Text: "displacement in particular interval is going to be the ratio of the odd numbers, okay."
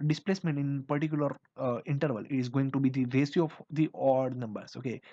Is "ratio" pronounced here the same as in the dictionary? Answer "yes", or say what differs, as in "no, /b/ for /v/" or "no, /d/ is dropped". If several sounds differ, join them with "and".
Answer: no, /s/ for /ʃ/